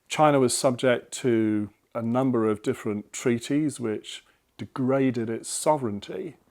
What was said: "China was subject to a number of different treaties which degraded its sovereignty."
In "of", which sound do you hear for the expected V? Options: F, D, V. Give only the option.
V